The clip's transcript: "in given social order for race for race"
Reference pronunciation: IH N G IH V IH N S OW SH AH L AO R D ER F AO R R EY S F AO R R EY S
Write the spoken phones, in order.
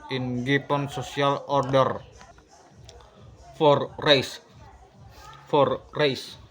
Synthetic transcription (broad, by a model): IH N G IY P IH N S OW S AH L AO R D ER F AO R R EY S F AO R R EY S